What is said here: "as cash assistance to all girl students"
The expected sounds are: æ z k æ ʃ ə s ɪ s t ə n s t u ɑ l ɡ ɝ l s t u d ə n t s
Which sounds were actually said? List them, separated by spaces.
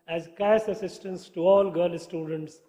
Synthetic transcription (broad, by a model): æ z k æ s ə s ɪ s t ə n s t u ɑ l ɡ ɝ l s t u d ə n t s